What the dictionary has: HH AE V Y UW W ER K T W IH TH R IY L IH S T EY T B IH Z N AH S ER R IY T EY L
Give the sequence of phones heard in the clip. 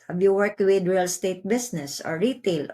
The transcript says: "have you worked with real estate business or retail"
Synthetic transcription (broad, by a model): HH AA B Y UW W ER K W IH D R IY L S T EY T B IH S N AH S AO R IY T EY L